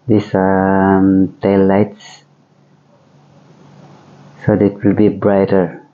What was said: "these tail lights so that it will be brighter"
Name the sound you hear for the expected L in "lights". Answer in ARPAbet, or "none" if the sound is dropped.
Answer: L